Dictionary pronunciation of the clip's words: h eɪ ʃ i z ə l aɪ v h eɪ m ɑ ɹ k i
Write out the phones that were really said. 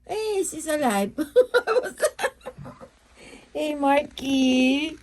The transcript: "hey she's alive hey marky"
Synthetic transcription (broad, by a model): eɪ s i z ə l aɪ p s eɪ m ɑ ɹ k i